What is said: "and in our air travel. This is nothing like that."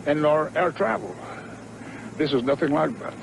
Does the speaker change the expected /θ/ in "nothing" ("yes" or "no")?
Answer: no